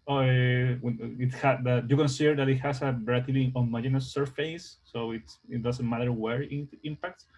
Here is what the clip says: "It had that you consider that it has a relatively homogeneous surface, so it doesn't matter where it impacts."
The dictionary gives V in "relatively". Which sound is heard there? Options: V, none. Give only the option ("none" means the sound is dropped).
none